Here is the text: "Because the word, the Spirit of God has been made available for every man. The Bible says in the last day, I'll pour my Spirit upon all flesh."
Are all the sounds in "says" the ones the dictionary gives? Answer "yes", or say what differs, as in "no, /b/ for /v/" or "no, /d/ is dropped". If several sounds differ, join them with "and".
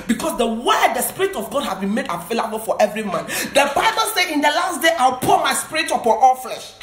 no, /z/ is dropped